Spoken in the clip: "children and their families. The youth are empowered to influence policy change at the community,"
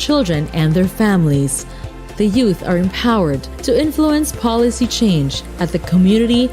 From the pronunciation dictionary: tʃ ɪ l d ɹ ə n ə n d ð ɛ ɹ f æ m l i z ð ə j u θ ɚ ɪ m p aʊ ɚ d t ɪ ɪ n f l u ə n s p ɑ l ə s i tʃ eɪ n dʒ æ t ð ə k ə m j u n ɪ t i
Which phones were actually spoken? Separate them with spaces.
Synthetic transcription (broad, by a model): tʃ ɪ l d ɹ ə n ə n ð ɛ ɹ f æ m l i z ð ə j u θ ɚ ɪ m p aʊ ɚ d t ɪ ɪ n f l u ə n s p ɑ l ə s i tʃ eɪ n dʒ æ t ð ə k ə m j u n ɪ t i